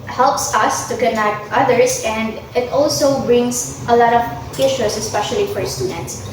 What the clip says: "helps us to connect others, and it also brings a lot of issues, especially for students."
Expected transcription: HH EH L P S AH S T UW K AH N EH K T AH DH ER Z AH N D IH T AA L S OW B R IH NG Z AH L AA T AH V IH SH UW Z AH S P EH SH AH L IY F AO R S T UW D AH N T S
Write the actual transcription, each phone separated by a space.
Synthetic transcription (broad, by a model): HH EH L P S AH S T UW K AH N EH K T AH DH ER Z AH N D IH T AA L S OW B R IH NG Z AH L AA T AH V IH SH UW S AH S P EH SH AH L IY F AO R S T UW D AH N T S